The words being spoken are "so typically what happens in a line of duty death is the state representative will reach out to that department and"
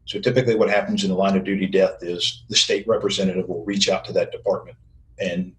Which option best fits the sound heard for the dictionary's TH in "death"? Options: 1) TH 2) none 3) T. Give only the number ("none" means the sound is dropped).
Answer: 1